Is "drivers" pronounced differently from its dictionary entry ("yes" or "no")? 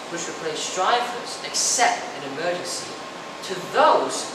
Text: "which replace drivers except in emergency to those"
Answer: yes